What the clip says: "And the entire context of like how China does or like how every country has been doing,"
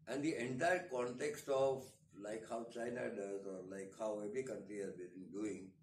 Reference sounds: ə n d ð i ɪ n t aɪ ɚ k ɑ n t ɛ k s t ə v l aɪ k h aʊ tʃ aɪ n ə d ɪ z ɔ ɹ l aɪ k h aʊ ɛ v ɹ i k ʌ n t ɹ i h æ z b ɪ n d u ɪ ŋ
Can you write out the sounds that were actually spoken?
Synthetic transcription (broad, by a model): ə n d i ɪ n t aɪ ɚ k ɑ n t ɛ k s t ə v l aɪ k h aʊ tʃ aɪ n ə d ɪ z ɔ ɹ l aɪ k h aʊ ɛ b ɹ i k ʌ n t ɹ i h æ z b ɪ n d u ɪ ŋ